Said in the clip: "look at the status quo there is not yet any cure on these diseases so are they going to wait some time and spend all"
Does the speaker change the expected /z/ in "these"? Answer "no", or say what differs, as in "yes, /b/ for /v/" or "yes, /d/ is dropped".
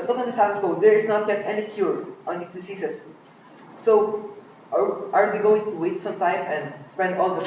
yes, /s/ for /z/